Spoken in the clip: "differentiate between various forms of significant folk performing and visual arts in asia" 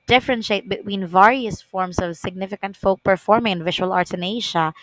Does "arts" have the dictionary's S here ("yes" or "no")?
no